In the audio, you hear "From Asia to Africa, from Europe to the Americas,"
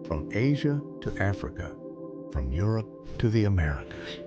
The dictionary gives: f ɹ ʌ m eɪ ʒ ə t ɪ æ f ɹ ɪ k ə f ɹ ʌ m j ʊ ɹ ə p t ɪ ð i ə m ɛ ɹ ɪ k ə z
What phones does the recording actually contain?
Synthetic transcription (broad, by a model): f ɹ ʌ m eɪ ʒ ə t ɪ æ f ɹ ɪ k ə f ɹ ʌ m j ʊ ɹ ə p t ɪ ð i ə m ɛ ɹ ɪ k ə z